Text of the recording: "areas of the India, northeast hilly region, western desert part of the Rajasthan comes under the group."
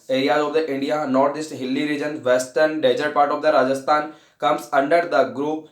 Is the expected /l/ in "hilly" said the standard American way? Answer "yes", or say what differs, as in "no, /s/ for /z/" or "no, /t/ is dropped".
yes